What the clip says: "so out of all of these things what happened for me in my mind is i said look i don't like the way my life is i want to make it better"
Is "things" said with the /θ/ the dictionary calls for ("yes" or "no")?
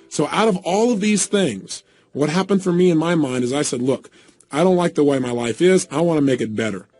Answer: yes